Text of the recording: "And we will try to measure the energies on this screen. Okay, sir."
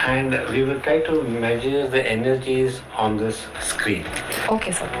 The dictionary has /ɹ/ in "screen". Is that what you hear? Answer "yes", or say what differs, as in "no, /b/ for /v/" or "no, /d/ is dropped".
yes